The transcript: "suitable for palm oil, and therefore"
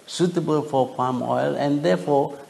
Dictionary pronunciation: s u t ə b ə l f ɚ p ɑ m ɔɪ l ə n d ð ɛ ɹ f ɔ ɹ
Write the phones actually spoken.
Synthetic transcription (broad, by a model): s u t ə b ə l f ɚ p ɑ m ɔɪ l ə n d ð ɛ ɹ f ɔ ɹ